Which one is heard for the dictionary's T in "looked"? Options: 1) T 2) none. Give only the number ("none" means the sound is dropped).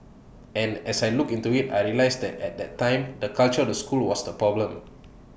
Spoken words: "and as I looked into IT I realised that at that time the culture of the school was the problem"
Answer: 2